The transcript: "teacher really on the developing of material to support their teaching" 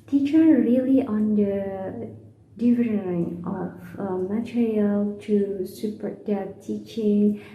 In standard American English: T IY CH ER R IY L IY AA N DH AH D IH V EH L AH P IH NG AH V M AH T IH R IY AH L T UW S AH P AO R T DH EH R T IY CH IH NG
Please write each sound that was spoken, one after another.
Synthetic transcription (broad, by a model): T IY CH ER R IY L IY AA N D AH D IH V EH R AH IH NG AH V M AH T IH R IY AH L T UW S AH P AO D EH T IY CH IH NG